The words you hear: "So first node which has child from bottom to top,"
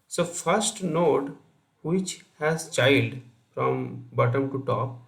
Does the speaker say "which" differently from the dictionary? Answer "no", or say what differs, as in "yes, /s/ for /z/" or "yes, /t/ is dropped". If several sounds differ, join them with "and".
no